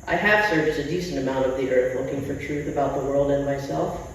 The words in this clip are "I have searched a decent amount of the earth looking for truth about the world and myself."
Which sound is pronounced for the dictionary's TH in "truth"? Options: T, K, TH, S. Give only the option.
TH